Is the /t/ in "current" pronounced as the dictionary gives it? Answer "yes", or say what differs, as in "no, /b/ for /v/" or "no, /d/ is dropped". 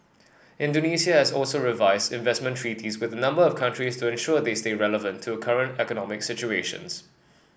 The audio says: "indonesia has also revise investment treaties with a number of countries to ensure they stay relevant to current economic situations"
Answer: yes